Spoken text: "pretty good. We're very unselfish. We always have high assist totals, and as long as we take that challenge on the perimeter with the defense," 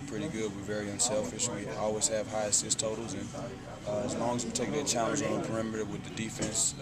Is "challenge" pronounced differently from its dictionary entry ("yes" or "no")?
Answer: yes